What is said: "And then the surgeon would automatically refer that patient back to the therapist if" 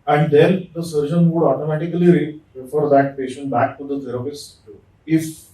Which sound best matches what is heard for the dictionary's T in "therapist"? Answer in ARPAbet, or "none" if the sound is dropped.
none